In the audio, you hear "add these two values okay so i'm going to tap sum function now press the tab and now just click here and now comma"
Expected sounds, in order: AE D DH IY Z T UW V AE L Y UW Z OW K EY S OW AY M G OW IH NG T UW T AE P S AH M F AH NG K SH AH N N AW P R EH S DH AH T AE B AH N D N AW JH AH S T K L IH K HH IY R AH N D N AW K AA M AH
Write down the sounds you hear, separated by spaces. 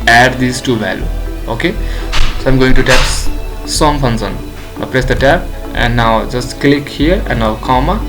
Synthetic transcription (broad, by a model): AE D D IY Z T UW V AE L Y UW OW K EY S OW AY M G OW IH NG T UW T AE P S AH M P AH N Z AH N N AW P R EH S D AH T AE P AH N D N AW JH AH S T K L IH K HH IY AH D N AW K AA M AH